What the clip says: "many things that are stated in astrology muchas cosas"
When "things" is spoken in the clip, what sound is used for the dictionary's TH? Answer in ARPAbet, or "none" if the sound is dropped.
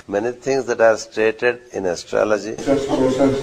T